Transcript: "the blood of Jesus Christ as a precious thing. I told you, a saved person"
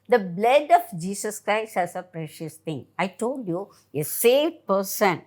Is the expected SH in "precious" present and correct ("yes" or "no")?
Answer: yes